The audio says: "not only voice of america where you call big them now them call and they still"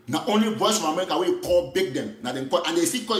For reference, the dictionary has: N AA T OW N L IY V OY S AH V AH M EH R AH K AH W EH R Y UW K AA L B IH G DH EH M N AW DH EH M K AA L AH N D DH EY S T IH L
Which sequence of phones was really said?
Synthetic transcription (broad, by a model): N AA T OW N L IY B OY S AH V AH M EH R AH K AH W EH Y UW K AA L B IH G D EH M N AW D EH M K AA AH N D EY S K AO